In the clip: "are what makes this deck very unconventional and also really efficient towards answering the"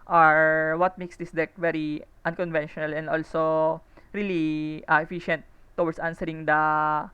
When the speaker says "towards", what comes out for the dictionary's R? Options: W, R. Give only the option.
W